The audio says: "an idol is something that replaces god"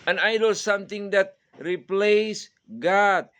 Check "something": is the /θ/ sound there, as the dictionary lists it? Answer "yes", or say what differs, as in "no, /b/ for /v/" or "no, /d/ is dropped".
no, /t/ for /θ/